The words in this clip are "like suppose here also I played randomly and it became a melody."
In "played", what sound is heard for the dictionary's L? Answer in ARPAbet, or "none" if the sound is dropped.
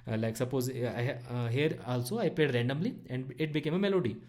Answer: none